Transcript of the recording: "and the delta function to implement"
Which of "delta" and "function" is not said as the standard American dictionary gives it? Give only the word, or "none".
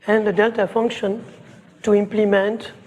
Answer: none